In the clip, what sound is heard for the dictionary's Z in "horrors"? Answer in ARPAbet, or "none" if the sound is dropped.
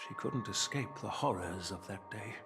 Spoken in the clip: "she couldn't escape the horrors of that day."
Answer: Z